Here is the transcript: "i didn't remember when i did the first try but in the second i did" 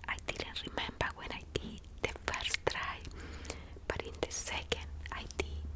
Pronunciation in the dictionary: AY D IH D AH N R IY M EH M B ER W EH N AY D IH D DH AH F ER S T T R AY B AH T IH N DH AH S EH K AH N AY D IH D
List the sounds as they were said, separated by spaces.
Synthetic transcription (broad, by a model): AY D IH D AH N R IY M EH M B ER W EH N AY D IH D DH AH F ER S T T R AY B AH T IH N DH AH S EH K AH N AY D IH